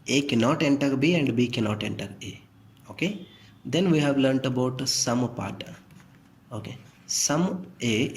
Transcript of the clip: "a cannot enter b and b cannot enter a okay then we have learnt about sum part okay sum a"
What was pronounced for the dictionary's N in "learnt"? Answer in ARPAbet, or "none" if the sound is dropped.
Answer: N